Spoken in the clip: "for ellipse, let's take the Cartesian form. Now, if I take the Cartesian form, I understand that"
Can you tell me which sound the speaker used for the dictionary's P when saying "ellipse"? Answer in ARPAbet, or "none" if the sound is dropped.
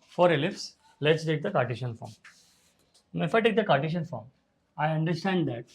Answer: F